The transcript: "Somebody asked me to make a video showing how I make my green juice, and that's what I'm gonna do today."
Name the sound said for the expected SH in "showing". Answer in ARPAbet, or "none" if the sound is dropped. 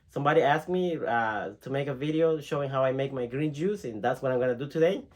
SH